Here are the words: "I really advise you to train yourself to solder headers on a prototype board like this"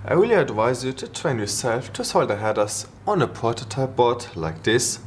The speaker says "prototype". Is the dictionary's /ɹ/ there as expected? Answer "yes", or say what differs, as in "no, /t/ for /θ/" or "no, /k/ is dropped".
no, /ɹ/ is dropped